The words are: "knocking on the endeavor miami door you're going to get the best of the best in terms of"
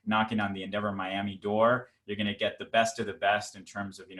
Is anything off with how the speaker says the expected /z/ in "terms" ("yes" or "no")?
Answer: no